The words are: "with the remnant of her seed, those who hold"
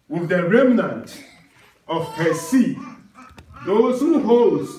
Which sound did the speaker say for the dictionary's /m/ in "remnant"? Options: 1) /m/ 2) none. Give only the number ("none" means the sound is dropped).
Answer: 1